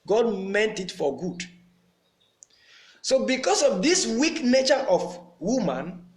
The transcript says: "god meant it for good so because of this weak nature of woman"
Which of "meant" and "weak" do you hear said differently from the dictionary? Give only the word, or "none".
none